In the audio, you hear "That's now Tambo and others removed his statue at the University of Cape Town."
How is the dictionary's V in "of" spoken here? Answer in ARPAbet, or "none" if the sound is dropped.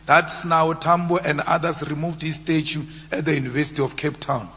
F